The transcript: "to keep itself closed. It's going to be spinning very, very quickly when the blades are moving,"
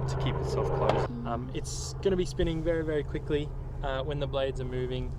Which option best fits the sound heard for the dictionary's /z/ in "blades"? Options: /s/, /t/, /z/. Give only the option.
/z/